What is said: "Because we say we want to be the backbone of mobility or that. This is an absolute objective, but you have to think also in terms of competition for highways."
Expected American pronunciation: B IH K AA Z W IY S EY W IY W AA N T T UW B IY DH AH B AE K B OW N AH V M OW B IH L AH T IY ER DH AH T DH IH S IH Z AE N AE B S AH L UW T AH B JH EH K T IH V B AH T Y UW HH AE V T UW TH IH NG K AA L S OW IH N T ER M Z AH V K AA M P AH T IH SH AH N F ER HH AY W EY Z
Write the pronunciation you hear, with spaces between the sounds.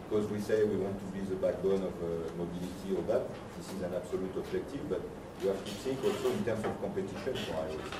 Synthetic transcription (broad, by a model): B K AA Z W IY S EY W IY W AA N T T UW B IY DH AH B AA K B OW N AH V M OW B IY L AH T IY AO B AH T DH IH S IH Z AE N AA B S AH L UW T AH B ZH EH K T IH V B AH T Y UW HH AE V T UW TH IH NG K AA L S OW IH N T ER M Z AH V K AA P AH T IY SH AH N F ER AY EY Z